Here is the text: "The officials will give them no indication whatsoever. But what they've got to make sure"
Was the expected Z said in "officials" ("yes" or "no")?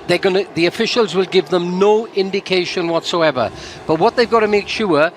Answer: yes